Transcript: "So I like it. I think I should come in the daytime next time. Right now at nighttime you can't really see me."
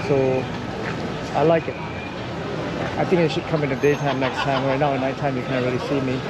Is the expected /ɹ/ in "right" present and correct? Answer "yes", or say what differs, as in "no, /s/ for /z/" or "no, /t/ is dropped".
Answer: no, /w/ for /ɹ/